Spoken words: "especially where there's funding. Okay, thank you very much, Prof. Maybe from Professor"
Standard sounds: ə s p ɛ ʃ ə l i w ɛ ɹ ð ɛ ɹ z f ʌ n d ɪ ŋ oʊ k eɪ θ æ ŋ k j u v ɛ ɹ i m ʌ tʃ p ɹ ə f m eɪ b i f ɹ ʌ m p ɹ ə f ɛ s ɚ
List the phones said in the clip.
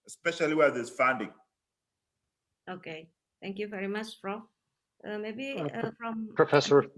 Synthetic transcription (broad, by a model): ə s p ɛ ʃ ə l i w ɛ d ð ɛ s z f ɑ n d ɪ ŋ oʊ k eɪ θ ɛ ŋ k j u v ɛ ɹ i m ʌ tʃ f ɹ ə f m eɪ b i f ɹ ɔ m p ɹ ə f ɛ s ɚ